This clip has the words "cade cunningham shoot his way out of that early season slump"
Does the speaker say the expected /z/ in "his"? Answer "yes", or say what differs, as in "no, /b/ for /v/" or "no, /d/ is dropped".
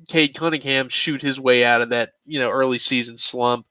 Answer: yes